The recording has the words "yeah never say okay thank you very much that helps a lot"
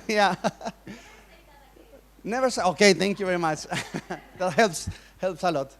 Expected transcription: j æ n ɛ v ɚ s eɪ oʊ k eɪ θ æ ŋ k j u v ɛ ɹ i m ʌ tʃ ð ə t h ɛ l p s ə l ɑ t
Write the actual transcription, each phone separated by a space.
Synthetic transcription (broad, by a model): j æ n ɛ v ɚ s eɪ oʊ k eɪ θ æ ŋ k j u v ɛ ɹ i m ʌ tʃ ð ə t h ɛ l p s ə l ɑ t